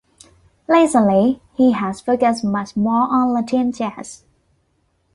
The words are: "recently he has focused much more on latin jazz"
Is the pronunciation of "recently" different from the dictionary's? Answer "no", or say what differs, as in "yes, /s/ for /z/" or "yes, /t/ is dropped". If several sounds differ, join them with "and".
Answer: yes, /l/ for /ɹ/ and /n/ is dropped